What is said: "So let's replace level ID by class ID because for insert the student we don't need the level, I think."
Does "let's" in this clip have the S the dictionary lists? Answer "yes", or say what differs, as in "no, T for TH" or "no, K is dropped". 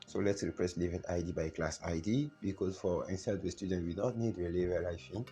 yes